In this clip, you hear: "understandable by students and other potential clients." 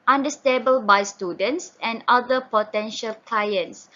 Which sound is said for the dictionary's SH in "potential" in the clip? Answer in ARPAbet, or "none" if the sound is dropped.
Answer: SH